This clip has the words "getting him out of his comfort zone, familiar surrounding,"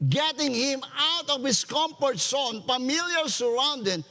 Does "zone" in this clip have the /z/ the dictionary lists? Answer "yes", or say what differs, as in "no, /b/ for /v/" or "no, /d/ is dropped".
no, /s/ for /z/